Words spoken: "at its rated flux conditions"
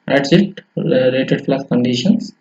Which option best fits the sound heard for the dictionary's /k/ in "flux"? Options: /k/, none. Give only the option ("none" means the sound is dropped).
none